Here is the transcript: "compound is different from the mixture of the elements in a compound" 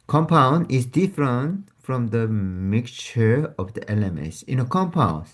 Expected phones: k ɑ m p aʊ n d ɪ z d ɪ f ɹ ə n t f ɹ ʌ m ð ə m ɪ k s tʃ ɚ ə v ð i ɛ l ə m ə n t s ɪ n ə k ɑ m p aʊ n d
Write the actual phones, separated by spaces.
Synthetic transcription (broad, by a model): k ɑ m p aʊ n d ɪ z d ɪ f ɹ ə n t f ɹ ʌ m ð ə m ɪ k tʃ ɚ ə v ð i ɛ l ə m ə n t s ɪ n ə k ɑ m p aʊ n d